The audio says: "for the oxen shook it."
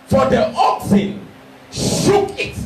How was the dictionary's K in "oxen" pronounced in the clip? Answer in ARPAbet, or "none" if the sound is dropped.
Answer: K